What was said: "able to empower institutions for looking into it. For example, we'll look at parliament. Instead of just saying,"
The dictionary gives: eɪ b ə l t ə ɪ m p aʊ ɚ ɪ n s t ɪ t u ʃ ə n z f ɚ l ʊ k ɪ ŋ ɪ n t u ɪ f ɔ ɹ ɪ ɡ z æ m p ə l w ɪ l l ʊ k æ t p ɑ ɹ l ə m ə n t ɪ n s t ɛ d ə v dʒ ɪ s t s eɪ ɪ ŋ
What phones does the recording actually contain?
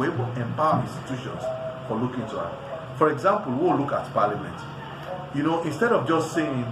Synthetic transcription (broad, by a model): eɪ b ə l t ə m p aʊ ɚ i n s t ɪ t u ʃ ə n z f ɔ l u k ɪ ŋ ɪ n t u ɪ f ɔ ɹ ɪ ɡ z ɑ m p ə l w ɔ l l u k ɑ t p ɑ l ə m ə n t ɪ n s t ɛ d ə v dʒ ɪ s t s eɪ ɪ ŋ